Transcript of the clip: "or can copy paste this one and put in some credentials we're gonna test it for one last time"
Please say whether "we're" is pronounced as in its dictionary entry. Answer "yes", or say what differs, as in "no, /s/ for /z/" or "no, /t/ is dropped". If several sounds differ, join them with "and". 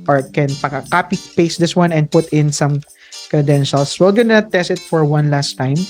no, /l/ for /ɹ/